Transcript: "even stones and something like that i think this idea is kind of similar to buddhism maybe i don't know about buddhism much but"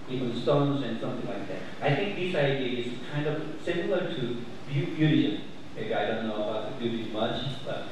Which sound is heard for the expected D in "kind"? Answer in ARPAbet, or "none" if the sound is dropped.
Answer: D